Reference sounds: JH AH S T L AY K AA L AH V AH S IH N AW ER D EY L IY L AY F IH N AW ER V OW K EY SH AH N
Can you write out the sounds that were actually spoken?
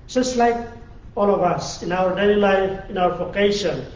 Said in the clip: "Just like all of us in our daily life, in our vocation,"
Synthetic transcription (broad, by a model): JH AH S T L AY K AA L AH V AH S IH N AW ER D EY L IY L AY F IH N AW ER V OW K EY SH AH N